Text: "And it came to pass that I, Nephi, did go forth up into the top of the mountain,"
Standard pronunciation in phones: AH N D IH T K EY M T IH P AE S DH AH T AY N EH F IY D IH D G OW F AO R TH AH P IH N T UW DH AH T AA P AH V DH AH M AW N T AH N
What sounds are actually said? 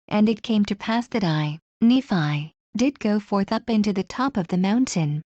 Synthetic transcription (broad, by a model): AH N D IH T K EY M T IH P AE S DH AH T AY N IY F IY D IH D G OW F AO R TH AH P IH N T UW DH AH T AA P AH V DH AH M AW N T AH N